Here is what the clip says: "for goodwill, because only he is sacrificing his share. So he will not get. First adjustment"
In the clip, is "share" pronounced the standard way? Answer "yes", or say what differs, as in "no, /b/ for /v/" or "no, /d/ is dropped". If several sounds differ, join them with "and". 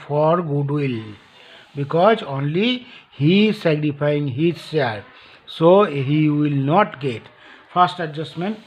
no, /s/ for /ʃ/